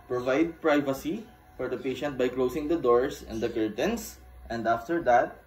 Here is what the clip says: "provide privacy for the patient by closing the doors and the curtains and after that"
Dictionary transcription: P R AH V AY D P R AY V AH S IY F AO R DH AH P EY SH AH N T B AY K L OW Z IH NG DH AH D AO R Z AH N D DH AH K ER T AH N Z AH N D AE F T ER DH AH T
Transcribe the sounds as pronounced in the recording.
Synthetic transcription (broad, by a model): P R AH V AY D P R AY V AH S IY F AO R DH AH P EY SH AH N T B AY K L OW S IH NG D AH D AO R S AH N D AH K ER T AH N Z AH N D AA F T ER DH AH T